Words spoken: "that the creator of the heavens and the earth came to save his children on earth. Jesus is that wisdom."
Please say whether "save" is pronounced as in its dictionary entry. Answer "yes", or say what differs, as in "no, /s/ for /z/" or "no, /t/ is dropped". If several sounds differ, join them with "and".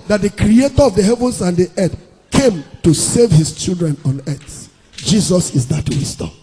yes